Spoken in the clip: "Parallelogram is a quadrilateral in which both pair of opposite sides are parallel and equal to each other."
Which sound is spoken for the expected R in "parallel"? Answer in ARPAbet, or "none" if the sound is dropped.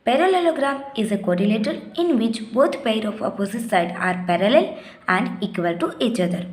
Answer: R